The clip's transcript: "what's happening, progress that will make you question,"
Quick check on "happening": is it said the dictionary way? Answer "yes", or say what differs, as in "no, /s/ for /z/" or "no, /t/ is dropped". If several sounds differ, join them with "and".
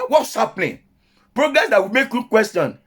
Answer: no, /l/ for /n/